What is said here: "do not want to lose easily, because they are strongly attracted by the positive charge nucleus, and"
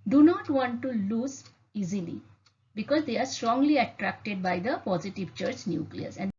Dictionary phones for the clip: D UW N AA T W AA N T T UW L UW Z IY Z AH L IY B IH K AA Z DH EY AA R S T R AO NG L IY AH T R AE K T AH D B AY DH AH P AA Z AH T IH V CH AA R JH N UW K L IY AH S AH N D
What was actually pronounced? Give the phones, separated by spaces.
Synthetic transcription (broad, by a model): D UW N AA T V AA N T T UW L UW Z IY Z AH L IY B IH K AA Z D EY AA R S T R AO NG L IY AH T R AE K T AH D B AY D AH P AA Z AH T IH V CH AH R CH N UW K L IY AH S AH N